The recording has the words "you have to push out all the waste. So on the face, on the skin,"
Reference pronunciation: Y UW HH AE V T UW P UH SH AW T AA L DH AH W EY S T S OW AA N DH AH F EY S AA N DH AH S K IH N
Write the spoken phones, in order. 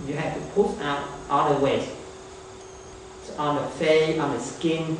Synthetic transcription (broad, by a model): Y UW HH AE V T UW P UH S AW T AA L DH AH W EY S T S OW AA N DH AH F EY AA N DH AH S K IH N